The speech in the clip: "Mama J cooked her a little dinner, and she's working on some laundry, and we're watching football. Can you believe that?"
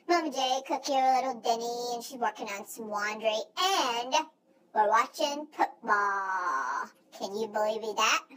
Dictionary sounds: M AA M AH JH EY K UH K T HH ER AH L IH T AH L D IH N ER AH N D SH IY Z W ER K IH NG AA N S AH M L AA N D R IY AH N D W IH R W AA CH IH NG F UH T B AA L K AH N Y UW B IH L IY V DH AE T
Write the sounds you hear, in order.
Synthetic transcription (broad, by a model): M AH M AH JH EY K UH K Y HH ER AH L IH T L D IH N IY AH N SH IY Z W ER K IH NG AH N S AH M W AA N D R IY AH N W IH R W AA CH IH NG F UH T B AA L K AH N Y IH B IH L IY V DH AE T